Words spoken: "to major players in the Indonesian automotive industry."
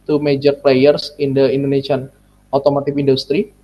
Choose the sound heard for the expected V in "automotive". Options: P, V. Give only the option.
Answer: P